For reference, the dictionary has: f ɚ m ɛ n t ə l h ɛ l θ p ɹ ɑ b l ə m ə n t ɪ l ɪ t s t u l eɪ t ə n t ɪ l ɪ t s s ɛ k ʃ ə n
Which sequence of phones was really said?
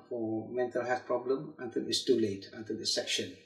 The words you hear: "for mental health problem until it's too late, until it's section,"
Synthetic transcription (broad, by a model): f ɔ m ɛ n t ə l h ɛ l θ p ɹ ɑ b l ə m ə n t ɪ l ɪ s t u l eɪ t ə n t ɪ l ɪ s s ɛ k ʃ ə n